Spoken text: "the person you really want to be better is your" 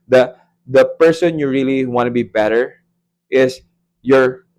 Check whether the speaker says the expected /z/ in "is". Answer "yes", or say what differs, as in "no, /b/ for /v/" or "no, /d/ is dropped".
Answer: no, /s/ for /z/